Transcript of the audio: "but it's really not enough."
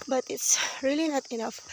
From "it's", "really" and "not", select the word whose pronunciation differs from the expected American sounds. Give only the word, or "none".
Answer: none